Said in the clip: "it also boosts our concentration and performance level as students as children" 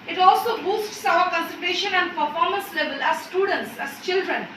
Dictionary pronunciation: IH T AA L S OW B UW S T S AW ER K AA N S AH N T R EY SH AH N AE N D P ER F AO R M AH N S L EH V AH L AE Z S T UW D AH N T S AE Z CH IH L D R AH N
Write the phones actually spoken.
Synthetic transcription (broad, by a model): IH T AA L S OW B UW S T S AW ER K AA N S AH L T EY SH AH N AE N D P ER F AO R M AH N S L EH V AH L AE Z S T UW D AH N T S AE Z CH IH L D R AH N